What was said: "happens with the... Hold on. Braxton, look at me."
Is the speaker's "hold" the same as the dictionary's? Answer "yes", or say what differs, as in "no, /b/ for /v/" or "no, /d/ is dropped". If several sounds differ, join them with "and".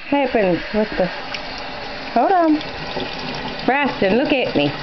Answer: no, /l/ is dropped